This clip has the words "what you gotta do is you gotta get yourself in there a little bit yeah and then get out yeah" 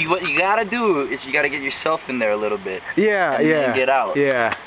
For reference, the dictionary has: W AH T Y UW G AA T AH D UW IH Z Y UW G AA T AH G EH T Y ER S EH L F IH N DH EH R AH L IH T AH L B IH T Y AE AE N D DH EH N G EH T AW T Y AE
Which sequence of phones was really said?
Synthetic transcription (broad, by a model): W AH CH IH G AA T AH D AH IH Z Y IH G AA T AH G EH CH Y ER S EH L F IH N DH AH R AH L IH T L B IH T Y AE AE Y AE G EH T AW T Y AE